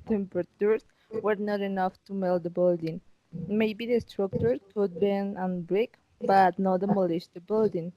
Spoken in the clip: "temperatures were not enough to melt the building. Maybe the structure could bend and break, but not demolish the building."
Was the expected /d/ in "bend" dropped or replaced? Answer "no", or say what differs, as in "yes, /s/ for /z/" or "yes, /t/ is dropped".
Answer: yes, /d/ is dropped